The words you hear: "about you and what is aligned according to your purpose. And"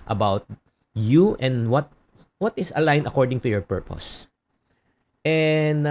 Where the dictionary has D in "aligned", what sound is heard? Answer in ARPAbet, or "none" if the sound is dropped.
none